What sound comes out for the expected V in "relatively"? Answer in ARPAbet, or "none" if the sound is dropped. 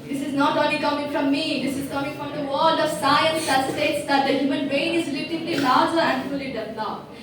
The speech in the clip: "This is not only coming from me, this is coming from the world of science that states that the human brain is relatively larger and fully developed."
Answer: none